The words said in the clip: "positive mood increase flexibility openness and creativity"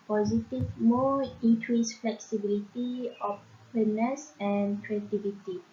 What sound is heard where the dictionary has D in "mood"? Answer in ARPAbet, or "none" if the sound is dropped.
none